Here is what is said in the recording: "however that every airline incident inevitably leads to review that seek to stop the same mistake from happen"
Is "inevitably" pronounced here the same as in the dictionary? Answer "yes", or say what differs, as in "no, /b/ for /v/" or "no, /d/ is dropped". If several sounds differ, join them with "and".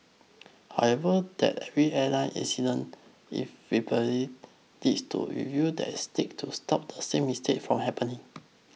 no, /b/ is dropped